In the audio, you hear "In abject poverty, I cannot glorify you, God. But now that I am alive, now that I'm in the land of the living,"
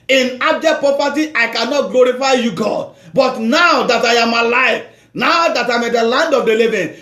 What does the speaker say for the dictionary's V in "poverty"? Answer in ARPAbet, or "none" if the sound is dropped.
P